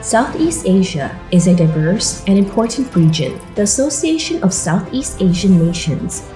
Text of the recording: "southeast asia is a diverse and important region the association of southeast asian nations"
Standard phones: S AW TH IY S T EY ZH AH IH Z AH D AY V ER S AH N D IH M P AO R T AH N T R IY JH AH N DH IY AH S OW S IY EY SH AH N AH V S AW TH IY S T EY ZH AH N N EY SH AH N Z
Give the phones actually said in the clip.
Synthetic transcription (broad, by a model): S AW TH IY S T EY ZH AH IH Z AH D AY V ER S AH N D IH M P AO R T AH N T R IY JH AH N DH IY AH S OW S IY EY SH AH N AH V S AW TH IY S T EY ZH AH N N EY SH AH N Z